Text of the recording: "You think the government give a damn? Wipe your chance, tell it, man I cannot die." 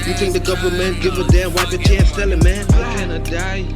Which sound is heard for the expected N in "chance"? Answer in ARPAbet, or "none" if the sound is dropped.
none